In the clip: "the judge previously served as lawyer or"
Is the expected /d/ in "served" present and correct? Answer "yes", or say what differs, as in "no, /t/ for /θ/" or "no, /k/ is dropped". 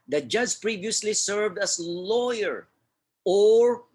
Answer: yes